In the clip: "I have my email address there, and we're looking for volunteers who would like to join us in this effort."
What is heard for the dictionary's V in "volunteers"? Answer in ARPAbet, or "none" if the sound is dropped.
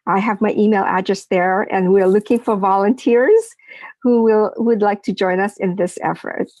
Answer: V